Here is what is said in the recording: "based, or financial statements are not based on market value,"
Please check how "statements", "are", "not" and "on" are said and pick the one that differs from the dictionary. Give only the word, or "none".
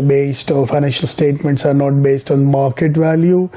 none